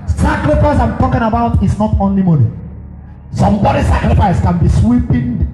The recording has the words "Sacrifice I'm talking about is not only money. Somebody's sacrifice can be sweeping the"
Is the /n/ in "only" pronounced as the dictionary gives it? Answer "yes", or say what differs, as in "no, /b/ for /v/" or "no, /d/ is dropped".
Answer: yes